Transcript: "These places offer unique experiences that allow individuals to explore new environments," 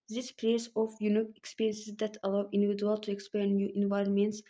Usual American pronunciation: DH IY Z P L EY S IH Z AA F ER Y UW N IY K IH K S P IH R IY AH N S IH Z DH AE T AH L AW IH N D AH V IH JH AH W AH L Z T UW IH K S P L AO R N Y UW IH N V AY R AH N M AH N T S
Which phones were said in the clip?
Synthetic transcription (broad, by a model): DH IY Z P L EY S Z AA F Y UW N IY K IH K S P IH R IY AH N S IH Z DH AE T AH L AW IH N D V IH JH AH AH L T UW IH K S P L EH N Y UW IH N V AY R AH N M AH N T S